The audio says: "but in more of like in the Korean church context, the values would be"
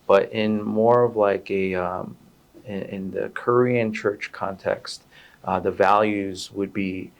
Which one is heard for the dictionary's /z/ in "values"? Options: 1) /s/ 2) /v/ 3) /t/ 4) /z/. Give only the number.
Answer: 4